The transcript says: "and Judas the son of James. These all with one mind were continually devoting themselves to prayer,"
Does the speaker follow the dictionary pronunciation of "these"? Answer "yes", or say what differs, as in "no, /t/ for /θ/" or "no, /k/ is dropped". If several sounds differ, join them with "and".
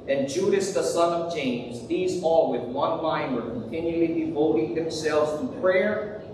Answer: yes